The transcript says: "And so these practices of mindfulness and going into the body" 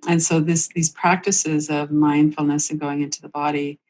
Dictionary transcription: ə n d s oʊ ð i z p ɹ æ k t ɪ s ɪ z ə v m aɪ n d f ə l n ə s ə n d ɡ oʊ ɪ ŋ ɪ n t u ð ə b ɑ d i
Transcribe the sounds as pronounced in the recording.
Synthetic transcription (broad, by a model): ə n s oʊ ð i z p ɹ æ k t ɪ s ɪ z ə v m aɪ n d f l n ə s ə n ɡ oʊ ɪ ŋ ɪ n t u ð ə b ɑ d i